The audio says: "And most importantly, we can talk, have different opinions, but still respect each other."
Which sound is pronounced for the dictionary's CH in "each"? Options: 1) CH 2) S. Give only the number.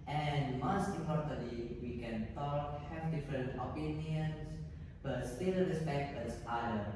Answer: 2